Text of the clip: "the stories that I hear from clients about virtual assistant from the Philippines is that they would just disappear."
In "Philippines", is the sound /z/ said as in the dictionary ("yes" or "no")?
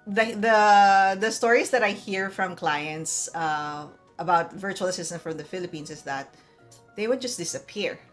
no